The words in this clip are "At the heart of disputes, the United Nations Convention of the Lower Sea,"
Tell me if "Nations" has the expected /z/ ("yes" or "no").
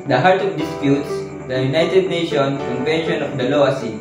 no